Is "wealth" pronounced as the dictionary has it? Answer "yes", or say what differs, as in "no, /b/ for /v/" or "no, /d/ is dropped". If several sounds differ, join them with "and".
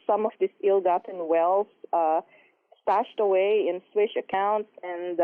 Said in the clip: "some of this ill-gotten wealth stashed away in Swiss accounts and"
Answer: no, /s/ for /θ/